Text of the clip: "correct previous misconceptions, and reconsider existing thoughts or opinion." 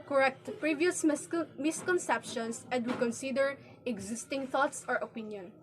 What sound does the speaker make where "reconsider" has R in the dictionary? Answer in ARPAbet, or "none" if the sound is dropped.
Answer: W